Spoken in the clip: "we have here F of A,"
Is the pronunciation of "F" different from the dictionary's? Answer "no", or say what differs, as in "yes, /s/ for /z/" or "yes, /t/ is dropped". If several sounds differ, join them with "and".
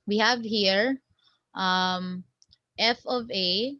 no